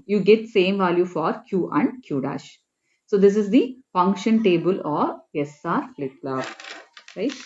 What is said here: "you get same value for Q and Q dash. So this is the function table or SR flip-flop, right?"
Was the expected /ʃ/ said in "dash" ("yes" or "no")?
yes